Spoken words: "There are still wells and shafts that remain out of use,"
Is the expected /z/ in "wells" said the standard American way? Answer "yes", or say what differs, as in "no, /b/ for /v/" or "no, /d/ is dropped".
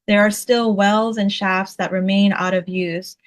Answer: yes